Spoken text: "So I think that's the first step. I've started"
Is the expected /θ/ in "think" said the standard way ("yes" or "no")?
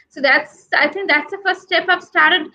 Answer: no